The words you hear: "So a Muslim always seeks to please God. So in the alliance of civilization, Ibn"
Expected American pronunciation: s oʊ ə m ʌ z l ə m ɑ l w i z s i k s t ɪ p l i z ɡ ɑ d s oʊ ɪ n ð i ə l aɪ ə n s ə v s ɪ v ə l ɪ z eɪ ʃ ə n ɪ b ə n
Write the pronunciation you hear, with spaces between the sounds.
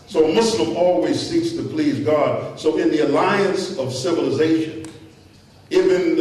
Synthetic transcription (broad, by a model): s oʊ ə m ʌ s l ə m ɑ l w i z s i k s t ɪ p l i z ɡ ɑ d s oʊ ɪ n ð i ə l aɪ ə n s ə v s ɪ v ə l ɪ z eɪ ʃ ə n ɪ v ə n